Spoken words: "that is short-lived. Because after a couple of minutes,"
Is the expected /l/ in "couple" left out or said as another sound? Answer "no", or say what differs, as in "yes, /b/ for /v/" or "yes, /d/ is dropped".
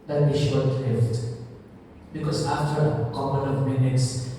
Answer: yes, /n/ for /l/